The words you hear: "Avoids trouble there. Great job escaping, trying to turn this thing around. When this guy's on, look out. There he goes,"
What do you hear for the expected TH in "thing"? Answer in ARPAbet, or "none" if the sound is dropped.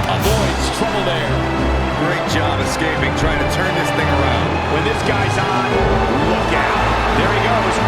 TH